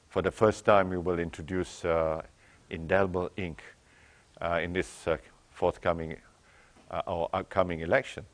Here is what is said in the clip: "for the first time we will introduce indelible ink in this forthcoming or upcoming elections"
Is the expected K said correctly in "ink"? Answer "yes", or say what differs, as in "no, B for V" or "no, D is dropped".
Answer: yes